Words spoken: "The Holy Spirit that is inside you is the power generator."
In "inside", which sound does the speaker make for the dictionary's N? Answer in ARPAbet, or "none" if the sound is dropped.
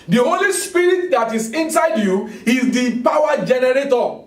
N